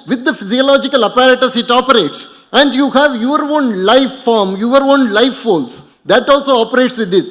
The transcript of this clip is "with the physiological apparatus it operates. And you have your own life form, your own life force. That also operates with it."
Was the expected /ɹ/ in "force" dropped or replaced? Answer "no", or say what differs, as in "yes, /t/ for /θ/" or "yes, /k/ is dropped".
yes, /l/ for /ɹ/